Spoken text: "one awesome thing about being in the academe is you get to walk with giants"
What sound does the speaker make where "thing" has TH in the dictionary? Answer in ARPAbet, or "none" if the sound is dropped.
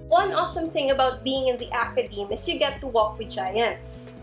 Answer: TH